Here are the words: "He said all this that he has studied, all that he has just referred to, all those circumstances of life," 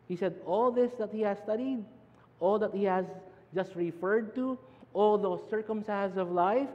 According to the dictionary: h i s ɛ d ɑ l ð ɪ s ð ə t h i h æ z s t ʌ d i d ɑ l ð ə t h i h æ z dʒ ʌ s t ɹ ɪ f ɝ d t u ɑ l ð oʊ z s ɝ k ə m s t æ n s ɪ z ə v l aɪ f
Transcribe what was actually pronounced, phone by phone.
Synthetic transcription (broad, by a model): h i s ɛ d ɑ l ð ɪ s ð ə t h i h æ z s t ʌ d i d ɑ l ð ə t h i h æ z dʒ ʌ s t ɹ ɪ f ɝ d t u ɑ l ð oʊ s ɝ k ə m s t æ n s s ə v l aɪ f